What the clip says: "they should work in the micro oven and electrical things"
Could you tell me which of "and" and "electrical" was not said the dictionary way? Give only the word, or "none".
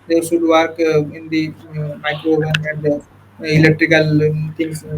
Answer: none